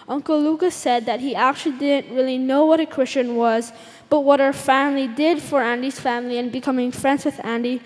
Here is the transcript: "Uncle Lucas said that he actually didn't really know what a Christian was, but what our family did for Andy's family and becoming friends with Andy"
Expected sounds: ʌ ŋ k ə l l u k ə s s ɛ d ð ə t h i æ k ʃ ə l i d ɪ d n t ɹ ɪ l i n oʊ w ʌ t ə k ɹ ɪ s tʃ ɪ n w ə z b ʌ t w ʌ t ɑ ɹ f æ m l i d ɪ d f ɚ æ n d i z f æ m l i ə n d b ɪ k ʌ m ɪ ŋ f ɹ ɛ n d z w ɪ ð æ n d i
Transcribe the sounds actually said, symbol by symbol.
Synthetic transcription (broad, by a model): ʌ ŋ k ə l l u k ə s s ɛ d ð ə t h i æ k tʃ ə l i d ɪ d n t ɹ ɪ l i n oʊ w ʌ t ə k ɹ ɪ s tʃ ɪ n w ə z b ʌ t w ʌ t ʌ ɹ f æ m l i d ɪ d f ɚ æ n d i z f æ m l i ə n b ɪ k ʌ m ɪ ŋ f ɹ ɛ n d z w ɪ ð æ n d i